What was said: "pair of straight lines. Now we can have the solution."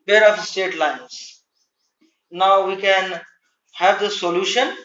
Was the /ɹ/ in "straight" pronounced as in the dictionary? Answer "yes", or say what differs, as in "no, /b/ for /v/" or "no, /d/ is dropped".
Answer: no, /ɹ/ is dropped